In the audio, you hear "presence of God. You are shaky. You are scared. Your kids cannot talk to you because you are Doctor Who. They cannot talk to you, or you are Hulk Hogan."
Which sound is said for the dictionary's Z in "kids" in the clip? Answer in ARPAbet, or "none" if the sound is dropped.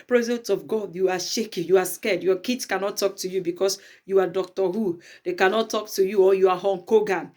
S